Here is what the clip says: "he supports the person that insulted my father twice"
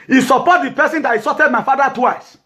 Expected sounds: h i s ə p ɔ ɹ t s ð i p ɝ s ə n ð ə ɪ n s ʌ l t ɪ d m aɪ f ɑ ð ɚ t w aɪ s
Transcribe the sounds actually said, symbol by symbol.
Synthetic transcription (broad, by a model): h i s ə p ɔ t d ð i p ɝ s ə n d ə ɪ s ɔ t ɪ d m aɪ f ɑ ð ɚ t w aɪ s